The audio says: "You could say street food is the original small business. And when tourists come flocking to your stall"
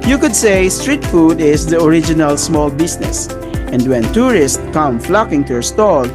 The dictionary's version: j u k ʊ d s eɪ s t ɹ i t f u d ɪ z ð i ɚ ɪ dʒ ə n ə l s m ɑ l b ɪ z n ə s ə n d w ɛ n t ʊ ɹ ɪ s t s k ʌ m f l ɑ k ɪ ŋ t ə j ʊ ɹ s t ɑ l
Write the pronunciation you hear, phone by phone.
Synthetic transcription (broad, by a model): j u k ʊ d s eɪ s t ɹ i t f u d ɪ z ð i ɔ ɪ dʒ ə n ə l s m ɑ l b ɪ s n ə s ə n d w ɛ n t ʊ ɹ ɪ s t k ʌ m f l ɑ k ɪ ŋ t ə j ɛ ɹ s t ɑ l